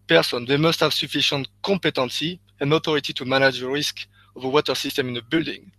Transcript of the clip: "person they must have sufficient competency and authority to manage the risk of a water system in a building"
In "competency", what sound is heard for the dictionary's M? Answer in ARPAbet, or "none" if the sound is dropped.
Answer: none